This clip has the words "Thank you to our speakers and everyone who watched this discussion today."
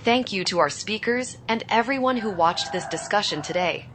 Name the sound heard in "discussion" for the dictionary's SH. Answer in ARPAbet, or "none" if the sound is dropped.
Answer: SH